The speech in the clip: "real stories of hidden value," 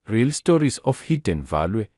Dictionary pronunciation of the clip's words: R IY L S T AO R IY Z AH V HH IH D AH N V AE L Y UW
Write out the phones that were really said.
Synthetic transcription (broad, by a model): R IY L S T AO R IY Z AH F HH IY D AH N V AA L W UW